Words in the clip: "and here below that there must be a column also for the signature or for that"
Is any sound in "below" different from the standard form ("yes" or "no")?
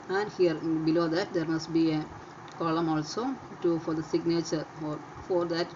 no